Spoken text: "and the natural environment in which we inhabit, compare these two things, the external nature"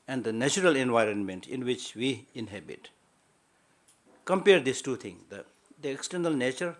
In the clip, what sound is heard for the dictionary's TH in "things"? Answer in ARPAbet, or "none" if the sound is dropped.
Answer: T